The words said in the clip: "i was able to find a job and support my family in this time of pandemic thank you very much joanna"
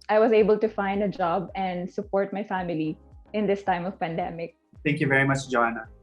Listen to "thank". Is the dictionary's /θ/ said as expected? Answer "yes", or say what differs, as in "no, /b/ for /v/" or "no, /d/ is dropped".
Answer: no, /t/ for /θ/